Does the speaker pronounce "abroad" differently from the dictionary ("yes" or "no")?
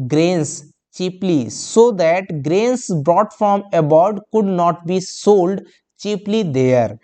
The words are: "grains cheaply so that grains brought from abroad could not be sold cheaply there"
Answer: yes